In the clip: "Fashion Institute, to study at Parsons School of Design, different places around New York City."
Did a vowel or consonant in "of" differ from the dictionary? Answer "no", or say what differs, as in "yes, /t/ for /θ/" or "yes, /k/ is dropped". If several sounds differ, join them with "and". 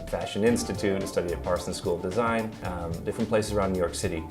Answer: no